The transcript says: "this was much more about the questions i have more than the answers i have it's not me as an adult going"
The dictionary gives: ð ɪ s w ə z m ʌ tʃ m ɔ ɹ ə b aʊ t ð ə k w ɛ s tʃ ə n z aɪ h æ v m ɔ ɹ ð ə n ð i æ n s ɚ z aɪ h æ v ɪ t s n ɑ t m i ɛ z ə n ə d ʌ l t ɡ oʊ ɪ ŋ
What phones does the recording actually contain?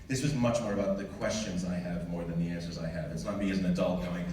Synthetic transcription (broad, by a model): ð ɪ s w ə z m ʌ tʃ m ɔ ɹ ə b aʊ t ð ə k w ɛ s tʃ ə n z aɪ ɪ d m ɔ ɹ ð ə n ð i æ n s ɚ z aɪ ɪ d ɪ t s n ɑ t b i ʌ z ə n ə d ʌ l t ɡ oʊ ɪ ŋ